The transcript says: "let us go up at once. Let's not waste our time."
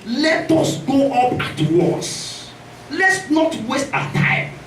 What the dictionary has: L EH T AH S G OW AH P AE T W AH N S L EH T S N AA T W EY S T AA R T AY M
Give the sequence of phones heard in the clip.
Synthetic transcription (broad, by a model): L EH T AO S G OW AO P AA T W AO S L EH T S N AA T W EY S T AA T AY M